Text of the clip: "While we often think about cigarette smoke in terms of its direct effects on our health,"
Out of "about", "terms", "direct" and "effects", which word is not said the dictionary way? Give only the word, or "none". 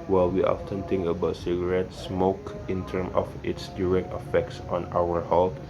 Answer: terms